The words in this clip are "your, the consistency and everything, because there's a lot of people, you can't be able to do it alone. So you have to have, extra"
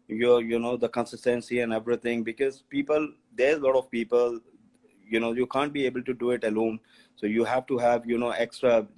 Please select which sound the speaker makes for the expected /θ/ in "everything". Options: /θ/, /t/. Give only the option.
/t/